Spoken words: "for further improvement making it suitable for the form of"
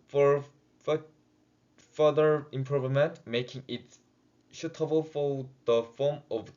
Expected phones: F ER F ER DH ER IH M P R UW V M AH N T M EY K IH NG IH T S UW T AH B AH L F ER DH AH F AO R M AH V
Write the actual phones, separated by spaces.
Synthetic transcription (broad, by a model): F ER F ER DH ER IH M P R UW V M AH N T M EY K IH NG IH T SH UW T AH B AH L F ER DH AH F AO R M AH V